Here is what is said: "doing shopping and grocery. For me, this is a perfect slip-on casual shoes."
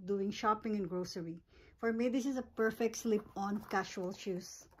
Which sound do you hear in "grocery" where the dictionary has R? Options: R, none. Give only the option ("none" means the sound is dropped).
R